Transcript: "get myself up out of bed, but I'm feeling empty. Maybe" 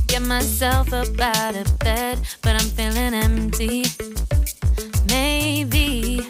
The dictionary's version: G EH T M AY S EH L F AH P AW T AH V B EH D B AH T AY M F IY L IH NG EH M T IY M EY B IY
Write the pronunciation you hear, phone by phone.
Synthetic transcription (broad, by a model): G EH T M AY S EH L F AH B AW T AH B EH D B AH T AY M F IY L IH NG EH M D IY M EY B IY